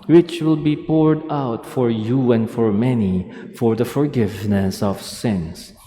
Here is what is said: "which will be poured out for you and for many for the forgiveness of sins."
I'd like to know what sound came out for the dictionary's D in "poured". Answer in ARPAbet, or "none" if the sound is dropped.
D